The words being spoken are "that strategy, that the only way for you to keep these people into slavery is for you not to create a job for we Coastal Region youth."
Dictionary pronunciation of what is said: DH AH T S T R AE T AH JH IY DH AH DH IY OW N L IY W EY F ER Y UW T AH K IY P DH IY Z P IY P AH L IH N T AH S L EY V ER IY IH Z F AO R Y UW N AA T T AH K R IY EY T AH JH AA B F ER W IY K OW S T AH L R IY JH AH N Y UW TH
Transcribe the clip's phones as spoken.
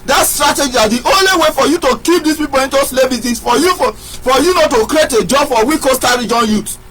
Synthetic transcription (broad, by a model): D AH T S T R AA T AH JH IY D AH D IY OW N L IY W EY F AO Y UW T AH K IY P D IY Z P IY P AH L IH N T AH S L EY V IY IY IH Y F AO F Y UW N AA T T AH K R IY EY T AH JH AA B F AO W IY K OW S T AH R IY JH AH N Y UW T